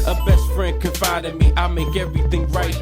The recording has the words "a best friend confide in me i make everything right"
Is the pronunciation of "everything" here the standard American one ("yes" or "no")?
yes